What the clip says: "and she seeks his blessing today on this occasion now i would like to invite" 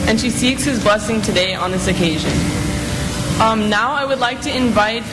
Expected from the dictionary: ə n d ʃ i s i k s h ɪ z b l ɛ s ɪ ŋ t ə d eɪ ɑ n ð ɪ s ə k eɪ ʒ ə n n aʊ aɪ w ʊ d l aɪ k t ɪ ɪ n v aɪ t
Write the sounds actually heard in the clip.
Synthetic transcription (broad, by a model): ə n ʃ i s i k s h ɪ z b l ɛ s ɪ ŋ t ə d eɪ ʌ n ð ɪ s ə k eɪ ʒ ə n n aʊ aɪ w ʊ d l aɪ k t ɪ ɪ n v aɪ t